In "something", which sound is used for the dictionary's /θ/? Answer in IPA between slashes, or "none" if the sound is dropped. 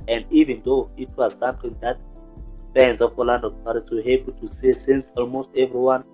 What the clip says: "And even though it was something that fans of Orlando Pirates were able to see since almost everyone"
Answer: /t/